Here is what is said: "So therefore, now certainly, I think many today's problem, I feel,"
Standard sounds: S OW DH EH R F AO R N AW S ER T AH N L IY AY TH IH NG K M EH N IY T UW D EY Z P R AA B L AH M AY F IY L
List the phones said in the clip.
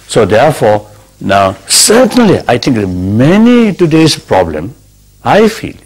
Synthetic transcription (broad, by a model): S OW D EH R F AO N AW S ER T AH N L IY AY T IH NG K M EH N IY T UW D EY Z P R AA B L AH M AY F IY L